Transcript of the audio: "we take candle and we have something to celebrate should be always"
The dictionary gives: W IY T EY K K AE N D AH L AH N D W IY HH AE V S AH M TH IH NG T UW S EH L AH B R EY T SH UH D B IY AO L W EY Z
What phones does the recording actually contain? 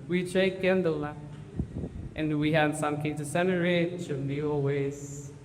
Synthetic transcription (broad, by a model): W IY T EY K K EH N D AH L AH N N W IY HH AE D S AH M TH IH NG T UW S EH N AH R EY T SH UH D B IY AO L W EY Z